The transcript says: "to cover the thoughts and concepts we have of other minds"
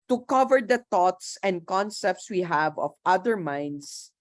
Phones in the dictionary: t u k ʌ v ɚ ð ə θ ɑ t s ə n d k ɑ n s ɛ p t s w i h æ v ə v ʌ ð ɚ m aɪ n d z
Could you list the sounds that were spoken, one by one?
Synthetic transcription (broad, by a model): t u k ʌ v ɚ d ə t ɑ t s ə n d k ɑ n s ɛ p t s w i h æ v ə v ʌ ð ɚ m aɪ n d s